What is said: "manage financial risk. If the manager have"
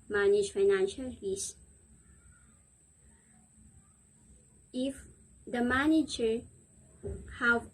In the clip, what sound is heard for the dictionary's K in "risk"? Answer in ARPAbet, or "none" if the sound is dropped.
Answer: none